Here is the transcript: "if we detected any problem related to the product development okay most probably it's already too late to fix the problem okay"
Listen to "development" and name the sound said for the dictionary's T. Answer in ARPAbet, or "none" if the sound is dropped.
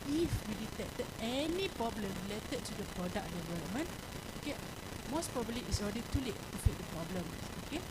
none